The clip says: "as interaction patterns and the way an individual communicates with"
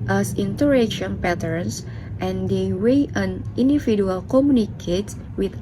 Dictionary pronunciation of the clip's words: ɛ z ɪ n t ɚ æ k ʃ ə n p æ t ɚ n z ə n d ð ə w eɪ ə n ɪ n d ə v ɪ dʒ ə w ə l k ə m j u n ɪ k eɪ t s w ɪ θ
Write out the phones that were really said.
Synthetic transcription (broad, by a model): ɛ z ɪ n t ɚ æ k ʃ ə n p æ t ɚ n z ə n d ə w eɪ ə n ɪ n d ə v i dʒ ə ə l k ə m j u n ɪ k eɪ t w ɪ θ